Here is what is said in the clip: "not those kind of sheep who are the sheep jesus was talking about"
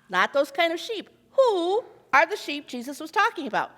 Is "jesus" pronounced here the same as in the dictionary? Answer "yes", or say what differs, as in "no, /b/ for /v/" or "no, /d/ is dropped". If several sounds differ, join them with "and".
yes